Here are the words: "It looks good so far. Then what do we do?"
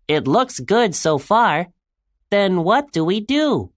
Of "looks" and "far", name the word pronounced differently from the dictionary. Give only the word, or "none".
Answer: none